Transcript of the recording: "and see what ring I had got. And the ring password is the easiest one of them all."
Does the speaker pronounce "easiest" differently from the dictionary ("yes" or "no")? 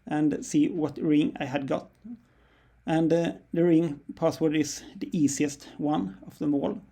yes